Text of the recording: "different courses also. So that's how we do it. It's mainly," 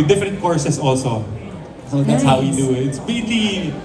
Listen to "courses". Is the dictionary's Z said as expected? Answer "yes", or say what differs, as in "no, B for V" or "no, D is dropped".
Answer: no, S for Z